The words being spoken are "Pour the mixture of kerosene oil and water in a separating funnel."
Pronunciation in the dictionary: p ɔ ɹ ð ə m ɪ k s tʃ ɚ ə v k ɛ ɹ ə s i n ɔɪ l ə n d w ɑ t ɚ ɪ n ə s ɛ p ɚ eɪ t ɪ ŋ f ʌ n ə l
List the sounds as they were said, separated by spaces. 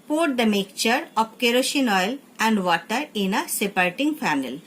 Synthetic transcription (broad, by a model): p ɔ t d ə m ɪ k tʃ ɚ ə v k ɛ ɹ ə ʃ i n ɔɪ l ə n d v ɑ t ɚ ɪ n ə s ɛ p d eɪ t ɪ ŋ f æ n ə l